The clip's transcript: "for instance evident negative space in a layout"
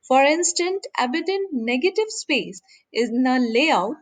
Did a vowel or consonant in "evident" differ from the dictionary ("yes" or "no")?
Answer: yes